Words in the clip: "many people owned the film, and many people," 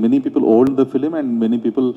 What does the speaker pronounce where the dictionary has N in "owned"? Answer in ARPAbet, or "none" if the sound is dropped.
L